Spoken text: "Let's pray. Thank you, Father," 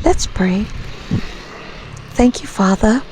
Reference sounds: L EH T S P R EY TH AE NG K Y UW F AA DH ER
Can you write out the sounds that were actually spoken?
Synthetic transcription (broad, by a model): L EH T S P R EY TH AE NG K Y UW F AA DH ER